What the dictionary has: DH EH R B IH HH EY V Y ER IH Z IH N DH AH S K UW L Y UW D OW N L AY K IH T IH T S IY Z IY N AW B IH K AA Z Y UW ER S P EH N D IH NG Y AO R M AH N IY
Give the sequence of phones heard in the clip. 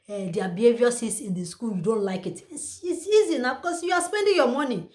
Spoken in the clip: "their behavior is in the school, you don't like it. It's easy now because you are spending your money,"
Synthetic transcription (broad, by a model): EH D B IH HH EY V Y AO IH S IH N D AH S K UW L Y UW D OW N L AY K IH T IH S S IY Z IY N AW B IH K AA S Y UW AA S P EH N D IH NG Y AO M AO N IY